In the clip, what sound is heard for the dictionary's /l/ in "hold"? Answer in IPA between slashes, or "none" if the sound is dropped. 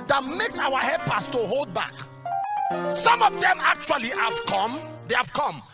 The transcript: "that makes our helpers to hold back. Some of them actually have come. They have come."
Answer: /l/